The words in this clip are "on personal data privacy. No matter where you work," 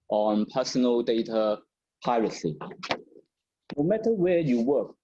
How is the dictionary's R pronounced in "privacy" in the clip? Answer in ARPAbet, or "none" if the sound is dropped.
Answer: none